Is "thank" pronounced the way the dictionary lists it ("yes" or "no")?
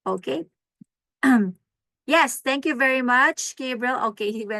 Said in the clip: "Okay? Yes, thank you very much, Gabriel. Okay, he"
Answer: no